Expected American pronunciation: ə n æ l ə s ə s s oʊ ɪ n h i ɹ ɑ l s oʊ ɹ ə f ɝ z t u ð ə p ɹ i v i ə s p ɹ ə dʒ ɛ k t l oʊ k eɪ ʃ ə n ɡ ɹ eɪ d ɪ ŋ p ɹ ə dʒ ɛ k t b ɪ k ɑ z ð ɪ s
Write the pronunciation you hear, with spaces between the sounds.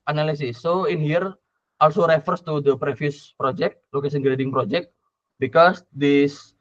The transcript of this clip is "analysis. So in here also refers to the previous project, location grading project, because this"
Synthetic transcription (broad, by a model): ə n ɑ l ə s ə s s oʊ ɪ n h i ɹ ɑ l s oʊ ɹ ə f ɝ s t u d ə p ɹ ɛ f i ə s p ɹ ə dʒ ɛ k t l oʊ k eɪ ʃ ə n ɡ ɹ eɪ d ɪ ŋ p ɹ ə dʒ ɛ k t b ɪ k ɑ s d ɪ s